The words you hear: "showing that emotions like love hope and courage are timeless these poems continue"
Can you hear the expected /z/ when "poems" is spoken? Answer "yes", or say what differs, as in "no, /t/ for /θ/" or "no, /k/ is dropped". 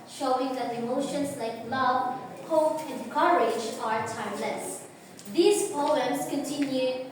no, /s/ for /z/